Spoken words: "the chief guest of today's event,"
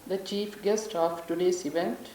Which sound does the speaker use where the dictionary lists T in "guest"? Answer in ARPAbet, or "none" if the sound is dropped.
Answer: T